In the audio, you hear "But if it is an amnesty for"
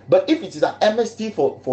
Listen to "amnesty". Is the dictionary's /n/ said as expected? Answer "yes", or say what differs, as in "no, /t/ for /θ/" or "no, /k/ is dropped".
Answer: no, /n/ is dropped